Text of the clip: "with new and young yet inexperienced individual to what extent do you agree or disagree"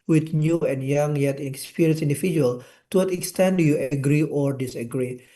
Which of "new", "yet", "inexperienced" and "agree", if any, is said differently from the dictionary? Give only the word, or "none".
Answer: inexperienced